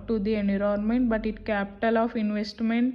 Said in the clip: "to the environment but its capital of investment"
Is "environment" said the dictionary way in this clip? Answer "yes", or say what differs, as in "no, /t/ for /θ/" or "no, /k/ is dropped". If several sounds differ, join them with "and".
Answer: no, /v/ is dropped